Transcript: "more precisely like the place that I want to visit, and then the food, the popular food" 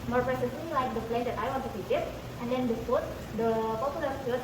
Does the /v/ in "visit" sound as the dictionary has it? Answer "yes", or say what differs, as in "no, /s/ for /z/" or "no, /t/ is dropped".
no, /f/ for /v/